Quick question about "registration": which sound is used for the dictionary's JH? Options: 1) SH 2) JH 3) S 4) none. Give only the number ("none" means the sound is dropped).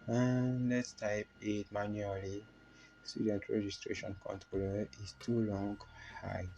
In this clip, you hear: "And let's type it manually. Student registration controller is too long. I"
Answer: 2